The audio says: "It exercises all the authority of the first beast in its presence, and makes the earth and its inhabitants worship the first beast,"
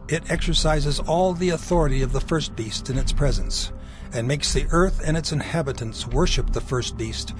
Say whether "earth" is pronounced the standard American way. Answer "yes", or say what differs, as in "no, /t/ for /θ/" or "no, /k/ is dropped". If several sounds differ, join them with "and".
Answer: yes